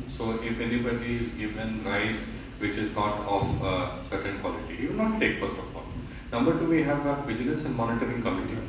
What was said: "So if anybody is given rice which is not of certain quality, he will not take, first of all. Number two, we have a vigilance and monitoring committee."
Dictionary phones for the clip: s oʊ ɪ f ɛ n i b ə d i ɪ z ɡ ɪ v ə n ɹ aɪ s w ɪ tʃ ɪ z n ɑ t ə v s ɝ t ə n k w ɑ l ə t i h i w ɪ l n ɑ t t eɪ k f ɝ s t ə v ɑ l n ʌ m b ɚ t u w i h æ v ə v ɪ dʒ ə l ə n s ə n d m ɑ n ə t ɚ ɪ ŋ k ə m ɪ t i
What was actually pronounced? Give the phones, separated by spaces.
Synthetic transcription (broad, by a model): s oʊ ɪ f ɛ n i b ə d i ɪ z ɡ ɪ v ə n ɹ aɪ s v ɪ tʃ ɪ z n ɑ t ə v s ɝ t ə n k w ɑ l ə t i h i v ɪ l n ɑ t t eɪ k f ɝ s t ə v ɑ l n ʌ m b ɚ t u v i h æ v ə v ɪ dʒ ə l ə n s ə n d m ɑ n ə t ɚ ɪ ŋ k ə m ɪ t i